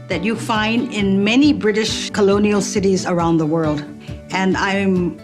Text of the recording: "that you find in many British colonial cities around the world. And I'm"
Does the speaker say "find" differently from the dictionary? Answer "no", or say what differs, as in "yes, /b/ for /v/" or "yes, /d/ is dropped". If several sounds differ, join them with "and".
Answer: no